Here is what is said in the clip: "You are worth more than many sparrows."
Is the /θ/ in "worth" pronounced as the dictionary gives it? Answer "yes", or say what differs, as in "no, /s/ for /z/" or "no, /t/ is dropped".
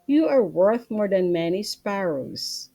yes